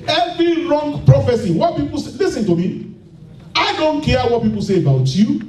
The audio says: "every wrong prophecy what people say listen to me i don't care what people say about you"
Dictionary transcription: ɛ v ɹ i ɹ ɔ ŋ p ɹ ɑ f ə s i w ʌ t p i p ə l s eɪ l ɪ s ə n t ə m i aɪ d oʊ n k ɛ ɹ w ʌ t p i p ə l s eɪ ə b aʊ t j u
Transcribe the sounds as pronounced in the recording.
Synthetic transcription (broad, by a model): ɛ v ɹ i ɹ ɔ ŋ p ɹ ɑ f ə s i w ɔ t p i p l s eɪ l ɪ s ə n t ə m i aɪ d oʊ n k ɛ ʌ w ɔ t p i p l s eɪ ə b aʊ t j u